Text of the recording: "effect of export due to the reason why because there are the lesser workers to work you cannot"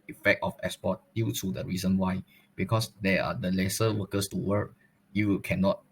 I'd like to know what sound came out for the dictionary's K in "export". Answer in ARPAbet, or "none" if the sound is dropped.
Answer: none